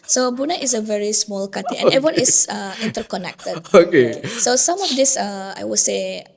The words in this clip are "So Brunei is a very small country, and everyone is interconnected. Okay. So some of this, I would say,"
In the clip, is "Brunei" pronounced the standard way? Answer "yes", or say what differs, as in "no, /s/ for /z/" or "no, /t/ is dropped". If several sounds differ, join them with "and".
no, /ɹ/ is dropped